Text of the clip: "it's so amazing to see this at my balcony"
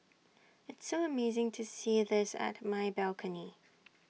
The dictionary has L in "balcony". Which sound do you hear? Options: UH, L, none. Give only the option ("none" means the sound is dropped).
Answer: L